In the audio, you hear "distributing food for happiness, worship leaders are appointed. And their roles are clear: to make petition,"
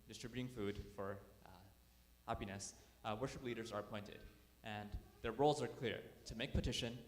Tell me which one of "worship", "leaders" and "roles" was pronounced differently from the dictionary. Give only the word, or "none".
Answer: none